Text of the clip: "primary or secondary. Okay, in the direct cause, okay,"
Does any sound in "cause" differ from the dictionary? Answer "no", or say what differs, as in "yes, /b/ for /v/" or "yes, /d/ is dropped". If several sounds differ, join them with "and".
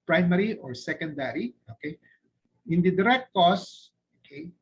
yes, /s/ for /z/